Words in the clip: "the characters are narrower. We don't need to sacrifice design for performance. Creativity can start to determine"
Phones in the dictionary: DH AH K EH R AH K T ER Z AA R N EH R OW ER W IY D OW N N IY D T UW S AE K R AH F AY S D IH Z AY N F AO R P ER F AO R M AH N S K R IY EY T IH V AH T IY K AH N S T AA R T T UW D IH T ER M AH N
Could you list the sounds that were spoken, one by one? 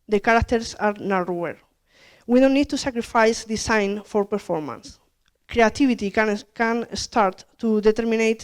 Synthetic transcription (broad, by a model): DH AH K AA R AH K T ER S AA R N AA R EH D W IY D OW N N IY D T UW S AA K R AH F AY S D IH S AY N F AO R P ER F AO R M AH N S K R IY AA T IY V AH T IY K AH N S T AA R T T UW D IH T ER M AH N